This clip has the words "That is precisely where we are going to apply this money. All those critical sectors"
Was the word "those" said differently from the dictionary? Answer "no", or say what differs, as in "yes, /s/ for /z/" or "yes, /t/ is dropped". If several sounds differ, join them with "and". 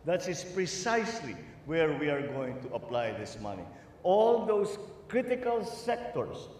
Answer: yes, /s/ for /z/